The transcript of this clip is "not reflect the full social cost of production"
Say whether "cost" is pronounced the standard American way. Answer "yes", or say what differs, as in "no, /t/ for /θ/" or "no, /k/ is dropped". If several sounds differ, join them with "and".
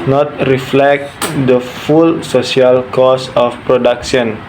no, /t/ is dropped